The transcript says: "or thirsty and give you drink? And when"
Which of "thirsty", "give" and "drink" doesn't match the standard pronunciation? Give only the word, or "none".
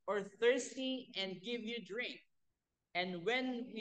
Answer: none